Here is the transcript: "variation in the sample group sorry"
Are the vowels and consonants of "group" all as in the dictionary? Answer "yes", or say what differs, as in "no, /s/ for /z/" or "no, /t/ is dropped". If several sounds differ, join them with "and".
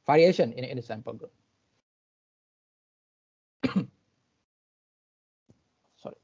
no, /ɹ/ is dropped